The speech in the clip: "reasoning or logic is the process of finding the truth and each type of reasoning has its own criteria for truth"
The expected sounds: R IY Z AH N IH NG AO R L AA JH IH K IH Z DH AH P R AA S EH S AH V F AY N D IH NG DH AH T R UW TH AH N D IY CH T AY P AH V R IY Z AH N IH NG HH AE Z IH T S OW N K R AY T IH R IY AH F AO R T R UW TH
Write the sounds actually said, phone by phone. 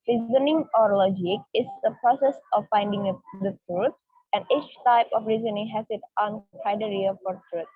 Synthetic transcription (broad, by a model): R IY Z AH N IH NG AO R L AA JH IH K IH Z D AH P R AA S EH S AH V F AY N D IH NG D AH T R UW T AH N D IY CH T AY P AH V R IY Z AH N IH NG HH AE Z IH T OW N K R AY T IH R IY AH F AO R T R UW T